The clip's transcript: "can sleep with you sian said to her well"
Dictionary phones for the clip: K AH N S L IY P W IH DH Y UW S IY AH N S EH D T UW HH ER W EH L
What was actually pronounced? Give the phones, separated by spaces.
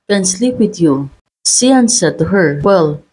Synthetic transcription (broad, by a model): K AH N S L IY P W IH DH Y UW S IY AH N S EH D T UW HH ER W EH L